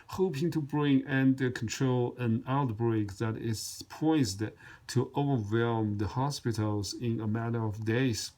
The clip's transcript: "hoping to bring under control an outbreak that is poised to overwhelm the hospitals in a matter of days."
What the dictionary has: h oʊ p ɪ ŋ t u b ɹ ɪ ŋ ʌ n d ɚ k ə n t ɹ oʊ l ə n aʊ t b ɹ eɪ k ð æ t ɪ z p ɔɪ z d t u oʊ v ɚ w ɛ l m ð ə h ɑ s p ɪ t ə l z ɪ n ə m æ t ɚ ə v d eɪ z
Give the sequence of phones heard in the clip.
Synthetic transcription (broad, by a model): h oʊ p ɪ ŋ t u b ɹ ɪ ŋ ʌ n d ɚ k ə n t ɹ oʊ l ə n aʊ t b ɹ eɪ k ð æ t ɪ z p ɔɪ z d t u oʊ v ɚ w ɛ l m ð ə h ɑ s p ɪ t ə l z ɪ n ə m æ t ɚ ə v d eɪ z